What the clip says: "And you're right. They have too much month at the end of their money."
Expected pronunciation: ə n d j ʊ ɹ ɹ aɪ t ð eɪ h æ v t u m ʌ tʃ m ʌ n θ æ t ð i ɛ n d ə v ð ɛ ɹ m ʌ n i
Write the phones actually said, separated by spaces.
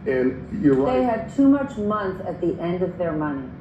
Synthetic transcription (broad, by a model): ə n j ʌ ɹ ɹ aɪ ð eɪ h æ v t u m ʌ tʃ m ʌ n θ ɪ t ð i ɛ n d ə v ð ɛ ɹ m ʌ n i